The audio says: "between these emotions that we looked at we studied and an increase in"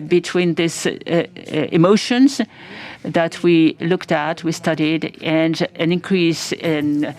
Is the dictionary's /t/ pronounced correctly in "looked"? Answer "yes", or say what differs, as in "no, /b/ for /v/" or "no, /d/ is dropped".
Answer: yes